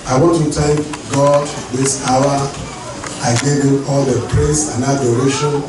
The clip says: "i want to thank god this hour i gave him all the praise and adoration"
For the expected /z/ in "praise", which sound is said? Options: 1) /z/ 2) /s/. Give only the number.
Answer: 2